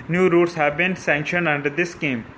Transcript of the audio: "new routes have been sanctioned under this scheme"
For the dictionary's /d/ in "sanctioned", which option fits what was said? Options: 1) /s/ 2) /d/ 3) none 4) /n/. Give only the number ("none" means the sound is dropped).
2